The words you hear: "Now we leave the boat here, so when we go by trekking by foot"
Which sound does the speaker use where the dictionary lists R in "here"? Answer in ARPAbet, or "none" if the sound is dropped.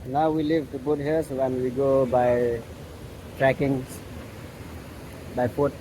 L